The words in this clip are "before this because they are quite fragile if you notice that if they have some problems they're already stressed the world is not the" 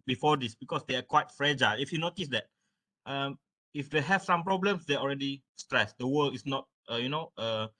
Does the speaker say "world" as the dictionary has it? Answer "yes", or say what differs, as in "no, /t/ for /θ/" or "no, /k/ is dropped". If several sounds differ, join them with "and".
no, /d/ is dropped